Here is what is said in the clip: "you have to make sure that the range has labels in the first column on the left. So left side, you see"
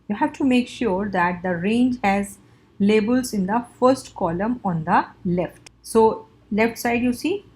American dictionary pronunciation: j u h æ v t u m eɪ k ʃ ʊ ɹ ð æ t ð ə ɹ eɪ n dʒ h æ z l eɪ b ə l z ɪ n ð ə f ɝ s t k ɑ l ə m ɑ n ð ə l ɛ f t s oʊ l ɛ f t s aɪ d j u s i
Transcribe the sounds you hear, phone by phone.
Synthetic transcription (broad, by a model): j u h æ v t u m eɪ k ʃ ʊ ɹ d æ t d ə ɹ eɪ n dʒ h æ z l eɪ b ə l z ɪ n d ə f ɝ s t k ɑ l ə m ɑ n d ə l ɛ f t s oʊ l ɛ f t s aɪ d j u s i